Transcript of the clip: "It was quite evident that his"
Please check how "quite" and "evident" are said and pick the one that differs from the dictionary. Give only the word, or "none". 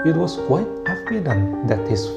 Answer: evident